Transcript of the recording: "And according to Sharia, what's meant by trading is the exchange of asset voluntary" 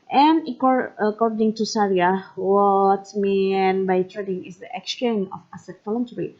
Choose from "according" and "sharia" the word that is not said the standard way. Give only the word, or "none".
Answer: sharia